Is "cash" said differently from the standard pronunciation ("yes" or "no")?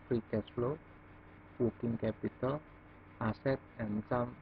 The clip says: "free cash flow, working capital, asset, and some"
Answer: yes